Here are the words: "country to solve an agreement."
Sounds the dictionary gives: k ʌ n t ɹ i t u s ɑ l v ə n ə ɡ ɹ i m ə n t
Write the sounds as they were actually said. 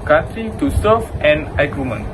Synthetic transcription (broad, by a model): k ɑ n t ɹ i t u s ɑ v ə n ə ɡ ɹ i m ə n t